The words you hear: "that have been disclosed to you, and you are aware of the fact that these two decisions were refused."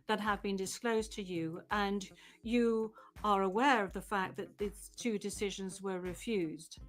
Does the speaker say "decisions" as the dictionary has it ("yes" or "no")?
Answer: yes